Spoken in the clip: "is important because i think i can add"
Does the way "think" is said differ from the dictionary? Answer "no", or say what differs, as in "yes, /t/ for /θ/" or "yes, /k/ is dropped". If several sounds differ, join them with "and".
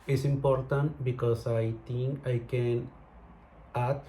yes, /t/ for /θ/